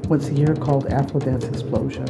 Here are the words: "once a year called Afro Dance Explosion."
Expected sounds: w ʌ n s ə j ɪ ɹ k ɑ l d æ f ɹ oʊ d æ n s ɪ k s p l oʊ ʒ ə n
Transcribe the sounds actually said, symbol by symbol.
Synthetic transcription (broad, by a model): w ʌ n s ə j ɪ ɹ k ɑ l d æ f l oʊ d æ n s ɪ k s p l oʊ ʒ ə n